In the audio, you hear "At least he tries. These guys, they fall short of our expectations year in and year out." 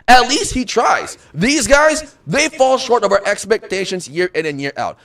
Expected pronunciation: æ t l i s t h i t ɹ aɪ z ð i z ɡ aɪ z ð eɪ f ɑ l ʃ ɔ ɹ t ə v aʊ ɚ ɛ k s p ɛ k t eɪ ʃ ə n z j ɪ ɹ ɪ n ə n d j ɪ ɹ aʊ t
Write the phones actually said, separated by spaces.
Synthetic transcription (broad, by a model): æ t l i s t h i t ɹ aɪ z ð i z ɡ aɪ z ð eɪ f ɑ l ʃ ɔ ɹ t ə v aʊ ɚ ɛ k s p ɛ k t eɪ ʃ ə n z j ɪ ɹ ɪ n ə n j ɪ ɹ aʊ t